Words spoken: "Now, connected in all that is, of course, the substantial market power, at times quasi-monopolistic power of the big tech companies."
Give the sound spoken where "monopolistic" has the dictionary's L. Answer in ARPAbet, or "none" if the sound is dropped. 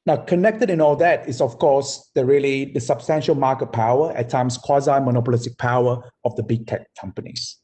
L